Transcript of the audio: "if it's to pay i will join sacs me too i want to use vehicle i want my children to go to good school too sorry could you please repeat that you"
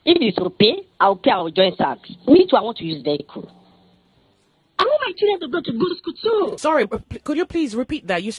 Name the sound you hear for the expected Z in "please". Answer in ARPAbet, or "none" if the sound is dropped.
Z